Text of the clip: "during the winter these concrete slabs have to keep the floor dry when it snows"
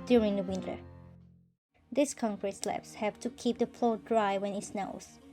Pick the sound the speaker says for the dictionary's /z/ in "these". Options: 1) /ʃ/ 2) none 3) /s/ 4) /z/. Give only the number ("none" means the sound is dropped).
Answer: 3